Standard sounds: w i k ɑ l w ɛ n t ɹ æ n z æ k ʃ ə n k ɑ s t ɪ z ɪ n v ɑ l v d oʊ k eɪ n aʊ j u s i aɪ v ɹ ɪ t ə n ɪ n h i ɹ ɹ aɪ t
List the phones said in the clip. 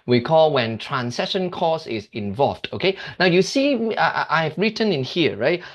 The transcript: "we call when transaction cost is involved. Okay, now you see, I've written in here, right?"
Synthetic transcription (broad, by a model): w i k ɑ l w ɛ n t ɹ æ n s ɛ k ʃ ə n k ɑ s ɪ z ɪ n v ɑ l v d oʊ k eɪ n aʊ j u s i aɪ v ɹ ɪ t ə n ɪ n h i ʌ ɹ aɪ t